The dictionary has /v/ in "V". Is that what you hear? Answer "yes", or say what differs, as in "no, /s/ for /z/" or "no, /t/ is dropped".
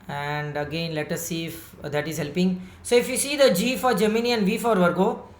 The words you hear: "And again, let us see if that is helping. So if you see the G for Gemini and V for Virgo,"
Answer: yes